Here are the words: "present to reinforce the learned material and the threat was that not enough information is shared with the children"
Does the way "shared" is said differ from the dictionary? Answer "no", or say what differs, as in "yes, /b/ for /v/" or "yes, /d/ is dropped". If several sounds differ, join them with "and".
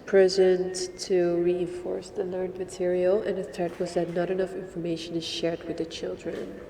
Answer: no